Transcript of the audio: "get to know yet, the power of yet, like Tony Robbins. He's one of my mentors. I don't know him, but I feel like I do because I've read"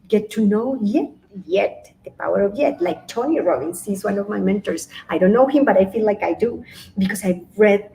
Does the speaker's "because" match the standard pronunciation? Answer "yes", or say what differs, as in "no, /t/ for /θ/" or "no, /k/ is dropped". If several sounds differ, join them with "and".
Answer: no, /s/ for /z/